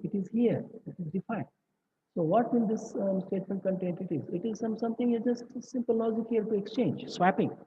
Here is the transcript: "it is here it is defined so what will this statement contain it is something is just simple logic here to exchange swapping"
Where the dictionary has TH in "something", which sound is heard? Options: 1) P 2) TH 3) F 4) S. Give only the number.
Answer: 4